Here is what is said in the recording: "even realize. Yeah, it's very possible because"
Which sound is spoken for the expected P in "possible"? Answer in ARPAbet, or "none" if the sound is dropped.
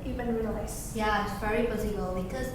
B